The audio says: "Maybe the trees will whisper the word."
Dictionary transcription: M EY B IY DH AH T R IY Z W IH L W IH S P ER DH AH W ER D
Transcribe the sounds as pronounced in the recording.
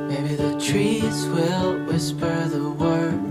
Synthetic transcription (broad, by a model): M EY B IY DH AH T R IY Z W IH L W IH S P ER DH AH W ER